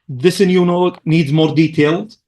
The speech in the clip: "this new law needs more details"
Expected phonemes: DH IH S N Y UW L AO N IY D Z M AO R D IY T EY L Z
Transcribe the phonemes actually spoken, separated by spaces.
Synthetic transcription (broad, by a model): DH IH S N Y UW N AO N IY D Z M AO R D IY T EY L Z